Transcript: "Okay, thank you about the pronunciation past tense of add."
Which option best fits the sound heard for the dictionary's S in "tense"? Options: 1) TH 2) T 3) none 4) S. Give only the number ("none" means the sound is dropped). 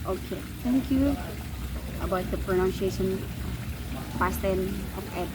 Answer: 3